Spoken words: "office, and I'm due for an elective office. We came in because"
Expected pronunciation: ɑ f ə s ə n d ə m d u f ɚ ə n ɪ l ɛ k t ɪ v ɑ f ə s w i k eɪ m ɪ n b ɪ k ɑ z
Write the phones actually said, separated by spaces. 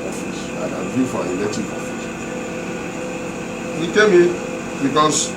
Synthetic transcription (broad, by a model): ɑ f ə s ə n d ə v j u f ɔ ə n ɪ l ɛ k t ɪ p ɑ f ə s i k eɪ m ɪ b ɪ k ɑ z